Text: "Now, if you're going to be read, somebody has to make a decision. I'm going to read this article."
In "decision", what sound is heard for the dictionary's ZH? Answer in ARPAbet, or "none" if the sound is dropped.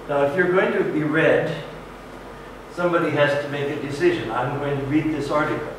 ZH